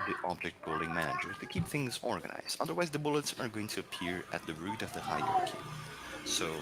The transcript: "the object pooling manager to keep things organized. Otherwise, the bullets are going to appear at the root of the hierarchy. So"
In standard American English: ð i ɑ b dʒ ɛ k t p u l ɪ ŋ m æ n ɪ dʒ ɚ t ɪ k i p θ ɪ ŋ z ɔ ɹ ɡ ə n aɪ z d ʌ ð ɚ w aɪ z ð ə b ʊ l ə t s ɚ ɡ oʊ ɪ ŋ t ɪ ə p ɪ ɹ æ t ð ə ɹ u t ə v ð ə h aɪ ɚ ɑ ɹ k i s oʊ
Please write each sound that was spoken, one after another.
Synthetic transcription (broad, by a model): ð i ɑ b dʒ ɛ k t b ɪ l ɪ ŋ m æ n ɪ dʒ ɚ t ɪ k i p θ ɪ ŋ z ɔ ɹ ɡ ə n aɪ z d ʌ ð ɚ w aɪ z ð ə b ʊ l ə t s ɚ ɡ oʊ ɪ ŋ t ɪ ə p ɪ ɹ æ t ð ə ɹ u t ə v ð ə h aɪ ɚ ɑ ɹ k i s oʊ